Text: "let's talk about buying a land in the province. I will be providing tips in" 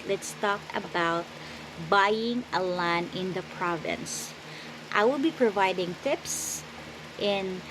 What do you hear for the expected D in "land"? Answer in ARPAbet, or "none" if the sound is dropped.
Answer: none